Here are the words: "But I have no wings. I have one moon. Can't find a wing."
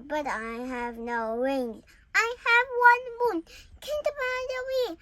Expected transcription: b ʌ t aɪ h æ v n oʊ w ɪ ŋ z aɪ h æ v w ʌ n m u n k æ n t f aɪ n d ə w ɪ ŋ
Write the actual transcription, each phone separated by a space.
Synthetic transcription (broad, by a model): b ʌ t aɪ h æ v n oʊ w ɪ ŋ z aɪ h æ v w ʌ n m u n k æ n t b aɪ d ə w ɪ